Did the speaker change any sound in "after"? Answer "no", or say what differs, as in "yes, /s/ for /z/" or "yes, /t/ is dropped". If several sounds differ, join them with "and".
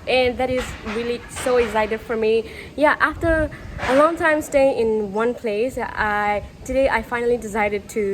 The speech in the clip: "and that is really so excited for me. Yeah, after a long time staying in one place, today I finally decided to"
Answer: no